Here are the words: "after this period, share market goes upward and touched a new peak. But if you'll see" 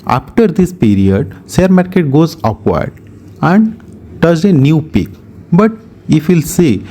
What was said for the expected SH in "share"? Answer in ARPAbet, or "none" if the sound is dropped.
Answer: S